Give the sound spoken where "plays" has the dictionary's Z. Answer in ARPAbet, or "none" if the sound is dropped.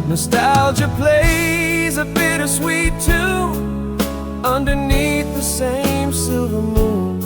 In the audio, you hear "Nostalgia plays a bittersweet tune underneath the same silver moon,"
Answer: Z